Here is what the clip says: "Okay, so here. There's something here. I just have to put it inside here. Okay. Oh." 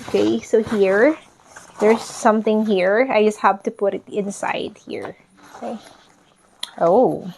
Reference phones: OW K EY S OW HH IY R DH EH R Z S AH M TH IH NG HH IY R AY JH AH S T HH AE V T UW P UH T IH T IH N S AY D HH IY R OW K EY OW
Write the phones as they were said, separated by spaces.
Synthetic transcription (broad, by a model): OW K EY S OW HH IY R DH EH R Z S AH M TH IH NG HH IY R AY JH AH S T HH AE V T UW P UH T IH T IH N S AY D HH IY R OW K EY OW